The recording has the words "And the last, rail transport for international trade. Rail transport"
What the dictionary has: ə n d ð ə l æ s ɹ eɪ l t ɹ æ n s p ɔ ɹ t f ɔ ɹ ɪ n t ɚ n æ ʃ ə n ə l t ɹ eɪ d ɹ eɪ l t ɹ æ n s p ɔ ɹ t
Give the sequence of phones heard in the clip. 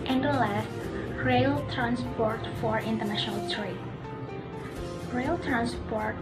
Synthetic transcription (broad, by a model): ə n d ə l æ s ɹ eɪ l t ɹ æ n s p ɔ ɹ t f ɔ ɹ ɪ n t ɚ n æ ʃ ə n ə l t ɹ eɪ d ɹ eɪ l t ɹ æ n s p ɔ ɹ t